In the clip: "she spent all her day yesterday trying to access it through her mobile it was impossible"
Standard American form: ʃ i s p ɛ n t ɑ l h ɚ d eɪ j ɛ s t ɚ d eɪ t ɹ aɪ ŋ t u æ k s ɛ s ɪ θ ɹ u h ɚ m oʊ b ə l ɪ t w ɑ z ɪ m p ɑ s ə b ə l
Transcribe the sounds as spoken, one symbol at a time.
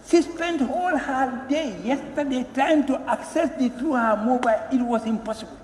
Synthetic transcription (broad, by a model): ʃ i s p ɛ n t ɑ l h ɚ d eɪ j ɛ s t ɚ d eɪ t aɪ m t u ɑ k s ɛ s ɪ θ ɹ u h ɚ m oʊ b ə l ɪ t w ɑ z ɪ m p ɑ s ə b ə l